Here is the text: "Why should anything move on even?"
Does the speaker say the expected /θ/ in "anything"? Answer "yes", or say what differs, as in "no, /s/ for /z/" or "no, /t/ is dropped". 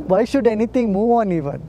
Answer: no, /t/ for /θ/